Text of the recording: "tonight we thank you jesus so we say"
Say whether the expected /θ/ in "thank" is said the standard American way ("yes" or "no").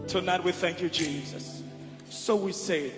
yes